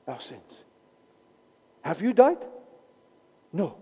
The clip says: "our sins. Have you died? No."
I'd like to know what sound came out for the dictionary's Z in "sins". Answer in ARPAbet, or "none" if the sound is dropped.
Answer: S